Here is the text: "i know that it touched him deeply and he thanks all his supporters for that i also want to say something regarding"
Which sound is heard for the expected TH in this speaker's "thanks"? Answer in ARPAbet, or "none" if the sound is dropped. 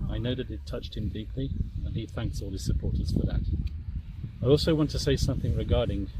TH